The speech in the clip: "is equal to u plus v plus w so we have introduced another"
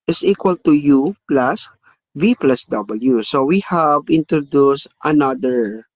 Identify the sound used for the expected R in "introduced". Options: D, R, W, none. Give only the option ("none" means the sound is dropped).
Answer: R